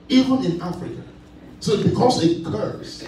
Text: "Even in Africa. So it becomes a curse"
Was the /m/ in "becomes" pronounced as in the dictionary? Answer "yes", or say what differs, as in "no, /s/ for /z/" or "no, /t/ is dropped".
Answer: no, /m/ is dropped